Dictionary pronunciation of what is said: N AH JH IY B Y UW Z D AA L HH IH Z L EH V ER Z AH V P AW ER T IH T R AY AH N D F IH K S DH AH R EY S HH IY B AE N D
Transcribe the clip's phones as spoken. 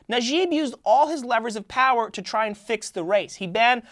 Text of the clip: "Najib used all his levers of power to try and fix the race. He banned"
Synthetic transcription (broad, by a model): N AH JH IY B Y UW Z D AA L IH Z L EH V ER Z AH V P AW ER T IH T R AY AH N F IH K S DH AH R EY S HH IY B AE N